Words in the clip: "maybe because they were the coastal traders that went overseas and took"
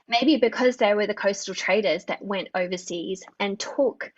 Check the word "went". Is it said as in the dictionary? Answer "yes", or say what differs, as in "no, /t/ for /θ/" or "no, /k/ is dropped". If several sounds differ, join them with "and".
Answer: yes